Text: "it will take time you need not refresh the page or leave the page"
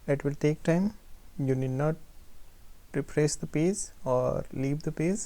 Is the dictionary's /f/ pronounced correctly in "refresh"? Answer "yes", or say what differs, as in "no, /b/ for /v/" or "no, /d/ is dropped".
no, /p/ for /f/